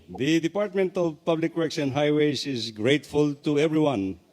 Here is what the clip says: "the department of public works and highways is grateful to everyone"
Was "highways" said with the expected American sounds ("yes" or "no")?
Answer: no